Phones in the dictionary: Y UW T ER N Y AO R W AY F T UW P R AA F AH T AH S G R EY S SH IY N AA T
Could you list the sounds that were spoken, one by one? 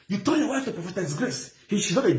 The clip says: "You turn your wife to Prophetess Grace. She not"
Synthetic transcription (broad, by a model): Y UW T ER L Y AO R W AY F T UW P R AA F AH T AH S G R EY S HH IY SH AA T